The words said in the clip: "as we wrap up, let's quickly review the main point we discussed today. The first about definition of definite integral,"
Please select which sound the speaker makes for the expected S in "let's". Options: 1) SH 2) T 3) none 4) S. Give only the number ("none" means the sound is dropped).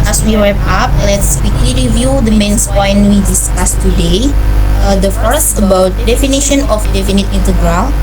4